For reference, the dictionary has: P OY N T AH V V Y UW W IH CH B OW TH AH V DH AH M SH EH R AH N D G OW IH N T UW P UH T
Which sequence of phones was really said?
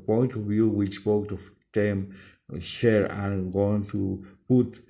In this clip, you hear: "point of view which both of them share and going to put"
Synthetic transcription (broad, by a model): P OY N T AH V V Y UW W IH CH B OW T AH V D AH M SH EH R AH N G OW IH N T UW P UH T